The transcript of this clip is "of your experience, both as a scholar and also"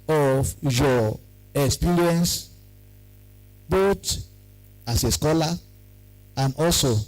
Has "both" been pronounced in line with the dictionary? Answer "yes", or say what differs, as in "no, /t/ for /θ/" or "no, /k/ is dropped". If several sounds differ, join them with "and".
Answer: no, /t/ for /θ/